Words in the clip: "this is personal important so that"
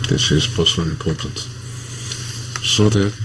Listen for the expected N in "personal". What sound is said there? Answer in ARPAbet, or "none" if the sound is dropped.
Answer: L